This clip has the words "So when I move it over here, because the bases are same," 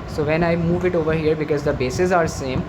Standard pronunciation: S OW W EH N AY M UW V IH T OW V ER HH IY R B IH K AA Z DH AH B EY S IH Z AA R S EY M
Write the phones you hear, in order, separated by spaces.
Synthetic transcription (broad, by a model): S OW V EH N AY M UW V IH T OW V ER HH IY R B IH K AA Z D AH B EY S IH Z AA R S EY M